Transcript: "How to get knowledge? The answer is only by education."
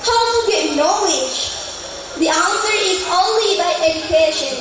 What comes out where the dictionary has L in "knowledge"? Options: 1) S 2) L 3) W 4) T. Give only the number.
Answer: 3